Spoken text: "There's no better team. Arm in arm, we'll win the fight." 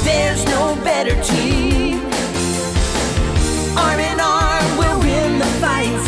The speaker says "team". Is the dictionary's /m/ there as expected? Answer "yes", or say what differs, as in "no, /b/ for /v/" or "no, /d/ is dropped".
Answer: no, /m/ is dropped